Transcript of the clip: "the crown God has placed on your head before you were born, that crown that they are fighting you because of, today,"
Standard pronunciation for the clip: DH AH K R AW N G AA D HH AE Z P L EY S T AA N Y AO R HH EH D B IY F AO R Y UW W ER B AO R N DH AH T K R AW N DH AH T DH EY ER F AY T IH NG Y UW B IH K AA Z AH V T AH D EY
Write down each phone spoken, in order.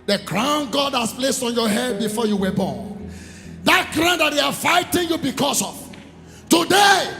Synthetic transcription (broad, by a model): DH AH K R AW N G AA D HH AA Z P L EY S T AA N Y AO HH EH D B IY F AO Y UW W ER B AO N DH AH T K R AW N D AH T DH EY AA F AY T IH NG Y UW B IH K AA S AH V T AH D EY